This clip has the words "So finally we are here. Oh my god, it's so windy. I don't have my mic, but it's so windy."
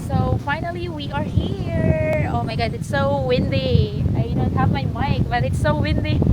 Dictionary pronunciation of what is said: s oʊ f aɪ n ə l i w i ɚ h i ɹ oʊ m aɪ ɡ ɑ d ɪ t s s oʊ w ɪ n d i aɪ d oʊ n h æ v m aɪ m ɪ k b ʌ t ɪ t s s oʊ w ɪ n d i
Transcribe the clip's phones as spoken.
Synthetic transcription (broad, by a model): s oʊ f aɪ n ə l i w i ɚ h i ɹ oʊ m aɪ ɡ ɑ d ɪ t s s oʊ w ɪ n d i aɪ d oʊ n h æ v m aɪ m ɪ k b ʌ t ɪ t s s oʊ w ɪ n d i